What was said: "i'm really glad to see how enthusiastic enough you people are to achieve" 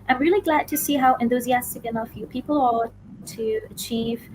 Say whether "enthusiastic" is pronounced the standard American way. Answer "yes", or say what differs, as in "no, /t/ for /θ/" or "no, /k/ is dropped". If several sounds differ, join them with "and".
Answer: yes